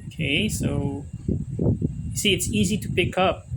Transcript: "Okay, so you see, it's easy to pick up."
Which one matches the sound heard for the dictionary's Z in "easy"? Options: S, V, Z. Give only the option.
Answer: Z